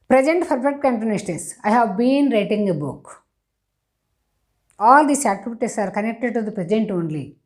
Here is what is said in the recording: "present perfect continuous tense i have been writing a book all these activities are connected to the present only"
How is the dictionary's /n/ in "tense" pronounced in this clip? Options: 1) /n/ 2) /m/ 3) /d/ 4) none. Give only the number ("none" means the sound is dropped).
4